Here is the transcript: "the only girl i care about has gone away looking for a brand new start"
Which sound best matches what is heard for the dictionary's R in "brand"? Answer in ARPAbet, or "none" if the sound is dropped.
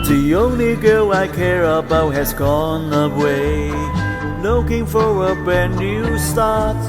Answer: none